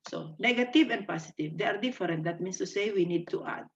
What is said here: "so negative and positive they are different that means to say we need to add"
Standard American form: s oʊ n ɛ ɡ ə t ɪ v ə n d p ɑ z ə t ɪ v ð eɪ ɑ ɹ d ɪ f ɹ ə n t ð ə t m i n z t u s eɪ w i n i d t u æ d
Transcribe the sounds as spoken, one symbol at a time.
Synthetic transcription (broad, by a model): s oʊ n ɛ ɡ ə t ɪ v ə n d p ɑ s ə t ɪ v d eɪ ɑ ɹ d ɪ f ɹ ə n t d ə t m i n s t u s eɪ w i n i d t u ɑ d